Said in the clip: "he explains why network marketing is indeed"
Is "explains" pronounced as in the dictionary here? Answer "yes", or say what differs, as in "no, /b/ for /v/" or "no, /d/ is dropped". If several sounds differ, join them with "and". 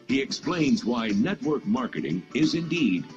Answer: yes